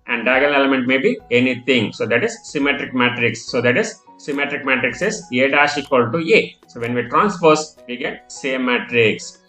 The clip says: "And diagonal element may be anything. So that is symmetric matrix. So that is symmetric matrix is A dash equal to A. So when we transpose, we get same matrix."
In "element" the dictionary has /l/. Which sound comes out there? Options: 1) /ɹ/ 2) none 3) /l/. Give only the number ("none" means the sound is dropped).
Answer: 2